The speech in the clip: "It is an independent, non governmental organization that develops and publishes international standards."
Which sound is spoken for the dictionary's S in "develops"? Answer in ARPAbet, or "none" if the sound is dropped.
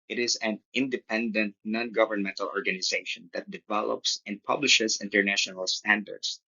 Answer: S